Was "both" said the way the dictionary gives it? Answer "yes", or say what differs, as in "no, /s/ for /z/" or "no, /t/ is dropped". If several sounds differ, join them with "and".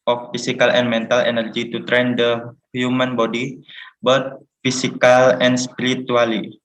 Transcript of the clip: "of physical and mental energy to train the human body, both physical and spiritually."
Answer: no, /t/ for /θ/